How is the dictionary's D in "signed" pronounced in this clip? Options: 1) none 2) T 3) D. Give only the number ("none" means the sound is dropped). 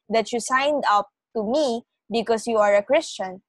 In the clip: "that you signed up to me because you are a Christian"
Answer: 3